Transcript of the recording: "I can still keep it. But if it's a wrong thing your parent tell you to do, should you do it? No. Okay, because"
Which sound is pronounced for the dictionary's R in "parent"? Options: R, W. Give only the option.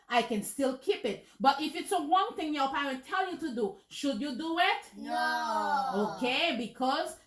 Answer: W